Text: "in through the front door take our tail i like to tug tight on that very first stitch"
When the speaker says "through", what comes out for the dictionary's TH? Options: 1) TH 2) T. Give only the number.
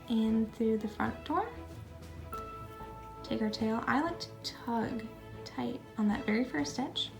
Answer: 1